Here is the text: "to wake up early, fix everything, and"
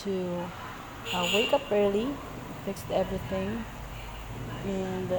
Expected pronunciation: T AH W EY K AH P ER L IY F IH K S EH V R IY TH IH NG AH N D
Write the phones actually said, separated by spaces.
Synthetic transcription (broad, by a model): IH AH W EY K AH P ER L IY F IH K S EH V R IY TH IH NG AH N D